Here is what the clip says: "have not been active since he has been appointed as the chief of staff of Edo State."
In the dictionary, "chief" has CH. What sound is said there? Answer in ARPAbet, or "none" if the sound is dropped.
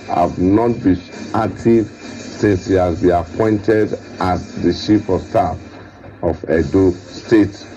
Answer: SH